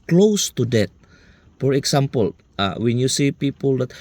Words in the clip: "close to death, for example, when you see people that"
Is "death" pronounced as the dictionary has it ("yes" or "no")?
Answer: no